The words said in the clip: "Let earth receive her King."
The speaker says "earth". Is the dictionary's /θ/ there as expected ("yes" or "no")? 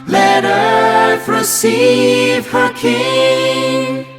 no